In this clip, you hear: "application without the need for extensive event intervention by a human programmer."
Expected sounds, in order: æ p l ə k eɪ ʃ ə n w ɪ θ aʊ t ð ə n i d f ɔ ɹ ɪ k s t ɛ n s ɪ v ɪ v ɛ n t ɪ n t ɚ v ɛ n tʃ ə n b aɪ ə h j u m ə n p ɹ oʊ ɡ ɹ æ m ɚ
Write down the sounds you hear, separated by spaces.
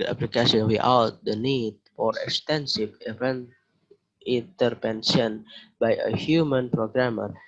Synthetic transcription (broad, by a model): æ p l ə k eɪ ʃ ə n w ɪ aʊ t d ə n i d f ɔ ɹ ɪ k s t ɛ n s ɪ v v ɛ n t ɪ n t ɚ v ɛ n s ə n b aɪ ə h j u m ə n p ɹ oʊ ɡ ɹ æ m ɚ